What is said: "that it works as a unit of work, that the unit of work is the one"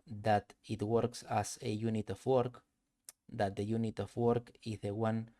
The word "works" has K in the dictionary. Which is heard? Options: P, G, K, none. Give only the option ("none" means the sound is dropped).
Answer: K